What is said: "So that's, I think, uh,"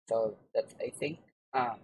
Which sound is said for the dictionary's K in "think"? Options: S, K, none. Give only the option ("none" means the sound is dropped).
none